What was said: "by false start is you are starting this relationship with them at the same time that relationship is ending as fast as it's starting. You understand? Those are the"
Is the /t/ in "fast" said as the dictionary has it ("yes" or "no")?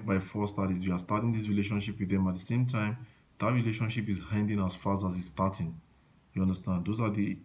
no